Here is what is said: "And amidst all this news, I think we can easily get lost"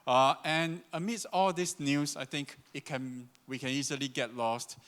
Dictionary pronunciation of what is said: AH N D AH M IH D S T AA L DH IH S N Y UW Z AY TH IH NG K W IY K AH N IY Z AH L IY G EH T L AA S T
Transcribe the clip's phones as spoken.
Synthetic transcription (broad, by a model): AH N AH M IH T S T AA L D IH S N Y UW S AY T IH NG K W IY K AH N IY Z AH L IY G EH T L AA S T